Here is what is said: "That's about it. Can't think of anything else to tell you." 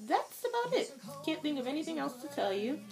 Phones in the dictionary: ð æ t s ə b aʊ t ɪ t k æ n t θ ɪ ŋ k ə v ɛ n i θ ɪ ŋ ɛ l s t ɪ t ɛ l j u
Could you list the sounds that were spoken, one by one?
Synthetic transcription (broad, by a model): ð æ t s ə b aʊ t ɪ t k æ n θ ɪ ŋ k ə v ɛ n i θ ɪ ŋ ɛ l s t ɪ t ɛ l j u